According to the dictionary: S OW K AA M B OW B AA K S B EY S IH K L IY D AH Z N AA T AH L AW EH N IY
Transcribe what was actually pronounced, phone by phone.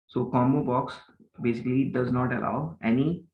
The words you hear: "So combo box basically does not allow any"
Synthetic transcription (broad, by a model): S OW K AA M OW B AA K S B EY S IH K L IY D AH Z N AA T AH L AW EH N IY